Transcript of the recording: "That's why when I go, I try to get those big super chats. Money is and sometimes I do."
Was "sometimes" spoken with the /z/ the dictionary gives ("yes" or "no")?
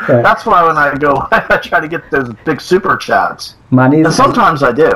yes